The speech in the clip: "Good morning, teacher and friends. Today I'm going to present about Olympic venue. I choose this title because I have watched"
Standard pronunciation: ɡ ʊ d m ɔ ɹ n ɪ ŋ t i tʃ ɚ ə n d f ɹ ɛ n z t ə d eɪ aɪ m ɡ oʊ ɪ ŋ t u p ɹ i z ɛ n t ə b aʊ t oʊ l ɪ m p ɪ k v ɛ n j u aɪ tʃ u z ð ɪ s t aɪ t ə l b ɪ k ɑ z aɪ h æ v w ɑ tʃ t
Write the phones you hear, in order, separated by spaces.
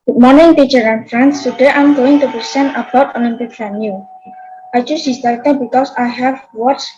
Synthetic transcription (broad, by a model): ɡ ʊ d m ɔ ɹ n ɪ ŋ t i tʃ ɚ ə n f ɹ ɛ n s t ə d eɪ aɪ m ɡ oʊ ɪ ŋ t u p ɹ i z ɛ n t ə b aʊ t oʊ n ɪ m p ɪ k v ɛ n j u aɪ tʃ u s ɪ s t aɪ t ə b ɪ k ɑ s aɪ h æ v w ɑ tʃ